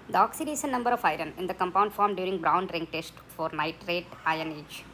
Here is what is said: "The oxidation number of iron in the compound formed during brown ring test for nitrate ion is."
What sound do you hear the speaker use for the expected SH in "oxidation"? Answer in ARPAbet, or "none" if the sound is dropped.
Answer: S